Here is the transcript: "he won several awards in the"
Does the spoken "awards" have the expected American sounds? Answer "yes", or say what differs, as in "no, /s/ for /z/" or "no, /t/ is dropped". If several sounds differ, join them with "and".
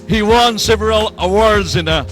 yes